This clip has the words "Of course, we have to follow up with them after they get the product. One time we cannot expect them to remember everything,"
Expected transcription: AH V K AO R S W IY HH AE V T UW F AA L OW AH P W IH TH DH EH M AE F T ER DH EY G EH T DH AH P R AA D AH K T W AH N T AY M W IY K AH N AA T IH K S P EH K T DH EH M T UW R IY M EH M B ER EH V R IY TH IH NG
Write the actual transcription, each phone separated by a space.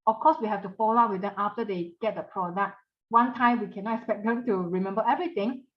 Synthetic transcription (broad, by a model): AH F K AO S W IY HH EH F T UW F AA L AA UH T W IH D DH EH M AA F T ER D EY G EH T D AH P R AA D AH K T W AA N T AY M W IY K AH N AA T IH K S P EH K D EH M T UW R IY M EH M B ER EH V R IY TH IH NG